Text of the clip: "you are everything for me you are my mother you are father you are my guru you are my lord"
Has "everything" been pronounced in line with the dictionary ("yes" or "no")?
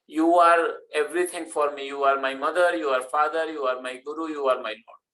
no